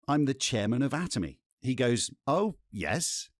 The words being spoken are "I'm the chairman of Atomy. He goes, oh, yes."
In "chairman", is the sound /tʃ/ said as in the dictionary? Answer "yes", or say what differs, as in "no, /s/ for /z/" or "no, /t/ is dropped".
yes